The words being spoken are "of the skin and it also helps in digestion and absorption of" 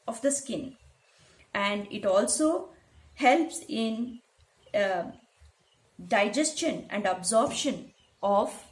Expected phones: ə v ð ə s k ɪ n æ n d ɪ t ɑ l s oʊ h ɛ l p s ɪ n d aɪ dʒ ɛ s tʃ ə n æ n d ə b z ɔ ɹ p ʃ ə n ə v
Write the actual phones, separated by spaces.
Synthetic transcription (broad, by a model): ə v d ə s k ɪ n æ n d ɪ t ɑ l s oʊ h ɛ l p s ɪ n d aɪ dʒ ɛ s tʃ ə n æ n d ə b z ɔ ɹ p ʃ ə n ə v